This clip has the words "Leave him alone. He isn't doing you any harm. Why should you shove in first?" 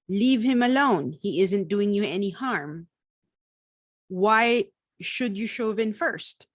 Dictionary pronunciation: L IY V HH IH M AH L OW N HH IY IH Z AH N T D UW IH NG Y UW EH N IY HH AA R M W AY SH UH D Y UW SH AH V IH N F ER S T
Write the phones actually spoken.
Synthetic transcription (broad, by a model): L IY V HH IH M AH L OW N HH IY IH Z AH N T D UW IH NG Y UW EH N IY HH AA R M W AY SH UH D Y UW SH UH V IH N F ER S T